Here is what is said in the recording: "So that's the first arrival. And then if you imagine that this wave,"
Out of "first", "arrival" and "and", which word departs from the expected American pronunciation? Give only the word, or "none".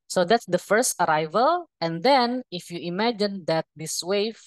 none